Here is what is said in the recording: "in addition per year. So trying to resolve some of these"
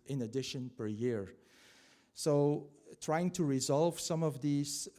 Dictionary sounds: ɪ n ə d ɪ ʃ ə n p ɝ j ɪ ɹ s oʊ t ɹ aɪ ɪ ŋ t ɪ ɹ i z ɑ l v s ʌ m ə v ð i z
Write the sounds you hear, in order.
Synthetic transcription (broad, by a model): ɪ n ə d ɪ ʃ ə n p ɝ j ɪ ɹ s oʊ t ɹ aɪ ɪ ŋ t ɪ ɹ i z ɑ l v s ʌ m ə v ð i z